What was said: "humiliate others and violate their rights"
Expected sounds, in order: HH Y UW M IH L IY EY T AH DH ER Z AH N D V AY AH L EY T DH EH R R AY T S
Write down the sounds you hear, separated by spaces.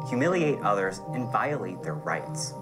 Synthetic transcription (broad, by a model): HH Y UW M IH L IY EY T AH DH ER Z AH N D V AY AH L EY T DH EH R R AY T S